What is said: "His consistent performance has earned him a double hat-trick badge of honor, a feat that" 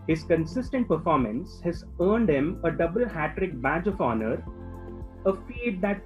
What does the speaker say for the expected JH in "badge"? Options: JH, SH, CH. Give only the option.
JH